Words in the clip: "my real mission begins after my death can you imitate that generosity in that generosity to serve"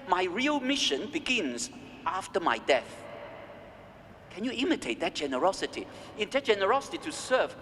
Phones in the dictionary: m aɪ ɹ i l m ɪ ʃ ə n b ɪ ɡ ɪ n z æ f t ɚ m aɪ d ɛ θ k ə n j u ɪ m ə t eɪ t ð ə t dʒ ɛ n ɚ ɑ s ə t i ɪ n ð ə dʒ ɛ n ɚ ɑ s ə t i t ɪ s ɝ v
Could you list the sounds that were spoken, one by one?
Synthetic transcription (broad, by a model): m aɪ ɹ i l m ɪ ʃ ə n b ɪ ɡ ɪ n z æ f t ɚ m aɪ d ɛ θ k ə n j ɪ ɪ m ə t eɪ t ð ə t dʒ ɛ n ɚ ɑ s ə t i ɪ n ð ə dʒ ɛ n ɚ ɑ s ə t i t ɪ s ɝ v